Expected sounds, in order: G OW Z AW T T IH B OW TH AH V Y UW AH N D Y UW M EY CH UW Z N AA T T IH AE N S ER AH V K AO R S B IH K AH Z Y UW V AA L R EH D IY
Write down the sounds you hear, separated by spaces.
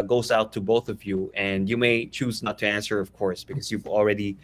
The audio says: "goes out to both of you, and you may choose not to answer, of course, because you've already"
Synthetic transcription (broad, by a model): G OW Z AW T T IH B OW TH AH V Y UW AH N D Y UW M EY CH UW Z N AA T T IH AE N S ER AH V K AO R S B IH K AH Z Y UW V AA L R EH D IY